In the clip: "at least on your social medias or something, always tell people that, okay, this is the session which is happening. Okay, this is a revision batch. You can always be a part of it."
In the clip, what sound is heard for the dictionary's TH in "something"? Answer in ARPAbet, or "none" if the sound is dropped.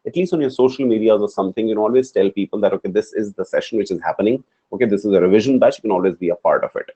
T